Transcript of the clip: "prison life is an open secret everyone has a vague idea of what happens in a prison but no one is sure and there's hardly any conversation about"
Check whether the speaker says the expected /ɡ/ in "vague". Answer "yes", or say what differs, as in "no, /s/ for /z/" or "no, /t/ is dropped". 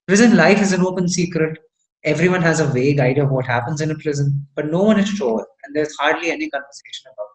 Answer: yes